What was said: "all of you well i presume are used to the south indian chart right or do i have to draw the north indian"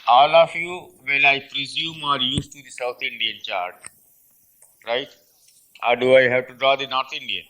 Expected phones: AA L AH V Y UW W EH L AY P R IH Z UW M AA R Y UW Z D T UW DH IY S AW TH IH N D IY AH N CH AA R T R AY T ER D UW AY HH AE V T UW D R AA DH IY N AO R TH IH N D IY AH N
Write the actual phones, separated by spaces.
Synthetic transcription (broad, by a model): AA L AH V Y UW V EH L AY P R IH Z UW M AA R Y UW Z T UW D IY S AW T IH N D IY AH N CH AA R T R AY T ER D UW AY HH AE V T UW D R AA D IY N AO R T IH N D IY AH